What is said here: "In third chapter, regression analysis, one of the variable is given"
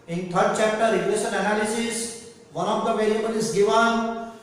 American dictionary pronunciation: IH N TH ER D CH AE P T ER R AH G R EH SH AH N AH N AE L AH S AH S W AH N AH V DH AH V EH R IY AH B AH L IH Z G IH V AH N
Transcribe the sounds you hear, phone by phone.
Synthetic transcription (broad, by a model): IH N T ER D CH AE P T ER R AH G EH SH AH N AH N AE L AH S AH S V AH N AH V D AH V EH L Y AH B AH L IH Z G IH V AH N